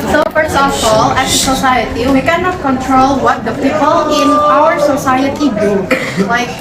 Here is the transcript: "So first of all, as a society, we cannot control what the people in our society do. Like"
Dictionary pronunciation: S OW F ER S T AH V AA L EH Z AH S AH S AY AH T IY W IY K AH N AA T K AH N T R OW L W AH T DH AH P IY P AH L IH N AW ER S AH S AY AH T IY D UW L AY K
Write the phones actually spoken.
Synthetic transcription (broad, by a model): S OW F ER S AH F AA L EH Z AH S AH S AY AH T IY W IY K AH N AA T K AH N T R OW L W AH T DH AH P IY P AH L IH N AW ER S AH S AY AH T IY D UW L AY K